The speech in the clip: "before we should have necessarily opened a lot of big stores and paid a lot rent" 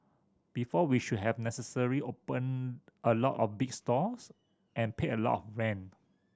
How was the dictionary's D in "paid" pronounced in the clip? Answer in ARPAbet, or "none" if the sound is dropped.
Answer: none